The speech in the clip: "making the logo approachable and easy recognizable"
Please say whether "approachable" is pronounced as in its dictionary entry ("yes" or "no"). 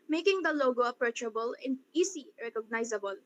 yes